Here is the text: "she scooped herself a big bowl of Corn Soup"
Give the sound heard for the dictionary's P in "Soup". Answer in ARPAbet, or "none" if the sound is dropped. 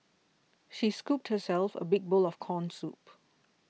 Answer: P